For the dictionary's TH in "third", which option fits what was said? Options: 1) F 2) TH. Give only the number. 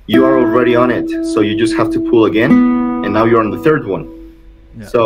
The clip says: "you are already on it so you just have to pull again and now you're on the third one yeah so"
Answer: 2